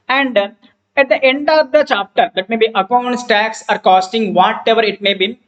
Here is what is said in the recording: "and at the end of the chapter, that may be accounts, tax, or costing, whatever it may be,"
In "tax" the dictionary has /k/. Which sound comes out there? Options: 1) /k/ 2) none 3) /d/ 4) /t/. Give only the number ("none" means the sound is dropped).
1